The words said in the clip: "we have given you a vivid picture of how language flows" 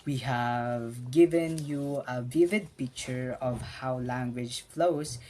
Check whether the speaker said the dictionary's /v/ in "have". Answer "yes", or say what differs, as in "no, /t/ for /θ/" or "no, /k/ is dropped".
yes